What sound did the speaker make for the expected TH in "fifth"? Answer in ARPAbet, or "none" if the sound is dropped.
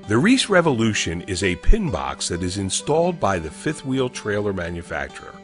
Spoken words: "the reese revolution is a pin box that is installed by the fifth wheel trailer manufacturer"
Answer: TH